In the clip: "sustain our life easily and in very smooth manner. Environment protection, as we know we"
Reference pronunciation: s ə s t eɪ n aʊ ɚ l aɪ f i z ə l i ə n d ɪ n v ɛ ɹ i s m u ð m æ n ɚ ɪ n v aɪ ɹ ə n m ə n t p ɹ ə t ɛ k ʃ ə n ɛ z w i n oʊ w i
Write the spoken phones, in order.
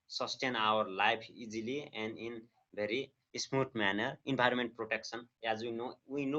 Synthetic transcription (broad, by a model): s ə s t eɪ n aʊ ɚ l aɪ p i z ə l i ə n d ɪ n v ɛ ɹ i s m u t m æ n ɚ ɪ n b aɪ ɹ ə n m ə n t p ɹ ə t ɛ k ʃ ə n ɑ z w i n oʊ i